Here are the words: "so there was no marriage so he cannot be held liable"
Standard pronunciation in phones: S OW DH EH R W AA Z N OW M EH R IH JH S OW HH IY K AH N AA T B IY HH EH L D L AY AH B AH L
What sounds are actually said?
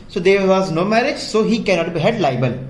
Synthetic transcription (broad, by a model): S OW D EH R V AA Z N OW M EH R IH JH S OW HH IY K AH N AA T B IY HH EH D L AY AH B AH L